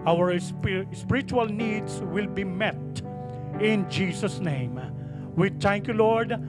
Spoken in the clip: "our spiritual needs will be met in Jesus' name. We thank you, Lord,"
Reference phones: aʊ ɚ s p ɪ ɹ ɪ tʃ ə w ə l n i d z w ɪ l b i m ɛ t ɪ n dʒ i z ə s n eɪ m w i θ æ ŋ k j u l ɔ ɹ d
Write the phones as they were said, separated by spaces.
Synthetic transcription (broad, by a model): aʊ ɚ s p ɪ ɹ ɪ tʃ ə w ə l n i d s w ɪ l b i m ɛ t ɪ n dʒ i s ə s n eɪ m w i t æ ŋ k j u l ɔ ɹ d